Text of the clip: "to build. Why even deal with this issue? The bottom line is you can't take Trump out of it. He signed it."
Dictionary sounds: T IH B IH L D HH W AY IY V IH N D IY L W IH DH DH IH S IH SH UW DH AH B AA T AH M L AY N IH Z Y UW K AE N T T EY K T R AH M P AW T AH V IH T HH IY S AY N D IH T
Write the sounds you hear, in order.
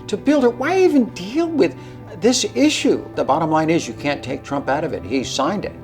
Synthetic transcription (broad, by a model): T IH B IH L D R W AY IY V IH N D IY L W IH DH DH IH S IH SH UW DH AH B AA T AH M L AY N IH Z Y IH K AE N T T EY K T R AH M P AW T AH V IH T HH IY S AY N D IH T